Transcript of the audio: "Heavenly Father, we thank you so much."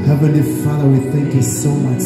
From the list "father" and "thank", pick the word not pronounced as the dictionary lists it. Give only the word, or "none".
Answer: none